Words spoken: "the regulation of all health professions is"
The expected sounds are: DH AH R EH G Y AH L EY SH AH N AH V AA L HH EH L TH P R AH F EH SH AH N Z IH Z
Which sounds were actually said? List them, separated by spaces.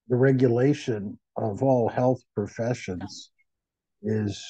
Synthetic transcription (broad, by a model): DH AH R EH G Y AH L EY SH AH N AH V AA L HH EH L TH P R AH F EH SH AH N Z IH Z